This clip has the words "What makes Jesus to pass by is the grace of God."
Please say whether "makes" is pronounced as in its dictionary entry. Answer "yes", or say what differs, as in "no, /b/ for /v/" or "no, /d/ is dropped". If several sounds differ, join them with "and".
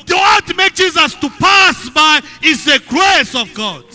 no, /s/ is dropped